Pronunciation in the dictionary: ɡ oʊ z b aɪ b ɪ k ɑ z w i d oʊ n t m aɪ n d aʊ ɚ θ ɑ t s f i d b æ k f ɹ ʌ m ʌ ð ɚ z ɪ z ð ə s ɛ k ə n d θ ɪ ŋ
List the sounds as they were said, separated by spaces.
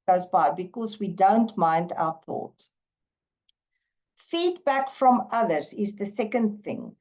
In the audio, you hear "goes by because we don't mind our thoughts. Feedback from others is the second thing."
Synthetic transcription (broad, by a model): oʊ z b aɪ b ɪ k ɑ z w i d oʊ n t m aɪ n d aʊ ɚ θ ɑ t s f i d b æ k f ɹ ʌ m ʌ ð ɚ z ɪ z ð ə s ɛ k ə n d θ ɪ ŋ